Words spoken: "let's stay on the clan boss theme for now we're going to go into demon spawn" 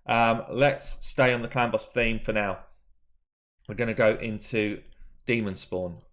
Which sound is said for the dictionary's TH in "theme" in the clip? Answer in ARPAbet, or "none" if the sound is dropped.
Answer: TH